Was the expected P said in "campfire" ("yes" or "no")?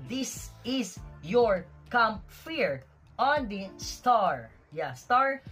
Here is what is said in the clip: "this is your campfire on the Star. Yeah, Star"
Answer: no